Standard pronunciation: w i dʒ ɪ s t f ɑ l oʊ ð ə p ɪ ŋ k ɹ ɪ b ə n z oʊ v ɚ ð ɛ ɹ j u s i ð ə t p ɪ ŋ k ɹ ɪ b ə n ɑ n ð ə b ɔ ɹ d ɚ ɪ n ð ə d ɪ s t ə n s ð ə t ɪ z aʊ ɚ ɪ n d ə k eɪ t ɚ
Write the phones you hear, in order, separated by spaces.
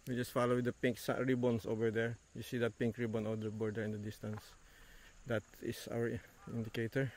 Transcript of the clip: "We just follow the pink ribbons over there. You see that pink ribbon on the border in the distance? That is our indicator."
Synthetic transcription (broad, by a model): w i dʒ ɪ s t f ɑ l oʊ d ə p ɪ ŋ k ɹ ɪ b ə n s oʊ v ɚ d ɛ ɹ j u s i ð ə t p ɪ ŋ k ɹ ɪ b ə n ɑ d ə b ɔ ɹ d ɚ ɪ n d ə d ɪ s t ə n s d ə t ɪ s aʊ ɚ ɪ n d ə k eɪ t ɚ